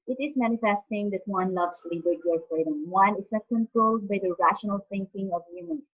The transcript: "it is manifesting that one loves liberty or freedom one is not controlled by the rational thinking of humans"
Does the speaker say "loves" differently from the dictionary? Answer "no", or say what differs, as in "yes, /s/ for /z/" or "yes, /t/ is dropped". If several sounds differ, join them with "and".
yes, /s/ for /z/